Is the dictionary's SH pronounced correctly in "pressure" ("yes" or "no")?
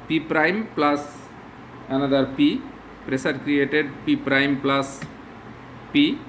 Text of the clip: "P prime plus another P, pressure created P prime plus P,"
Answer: no